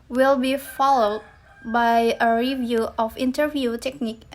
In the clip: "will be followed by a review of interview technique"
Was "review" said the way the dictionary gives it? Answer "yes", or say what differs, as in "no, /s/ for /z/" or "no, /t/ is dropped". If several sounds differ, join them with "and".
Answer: yes